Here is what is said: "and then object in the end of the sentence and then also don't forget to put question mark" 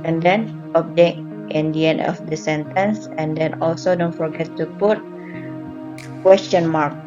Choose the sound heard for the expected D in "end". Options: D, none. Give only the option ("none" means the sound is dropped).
none